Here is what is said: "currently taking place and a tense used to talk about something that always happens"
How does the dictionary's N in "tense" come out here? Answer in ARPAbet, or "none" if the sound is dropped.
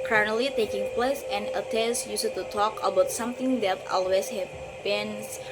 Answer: none